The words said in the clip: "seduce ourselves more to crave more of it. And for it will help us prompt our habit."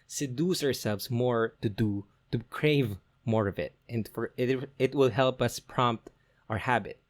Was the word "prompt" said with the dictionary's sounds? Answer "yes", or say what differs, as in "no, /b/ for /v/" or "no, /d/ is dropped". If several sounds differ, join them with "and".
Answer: yes